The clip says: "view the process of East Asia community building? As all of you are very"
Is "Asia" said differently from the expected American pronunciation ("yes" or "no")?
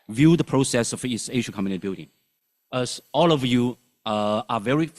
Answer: yes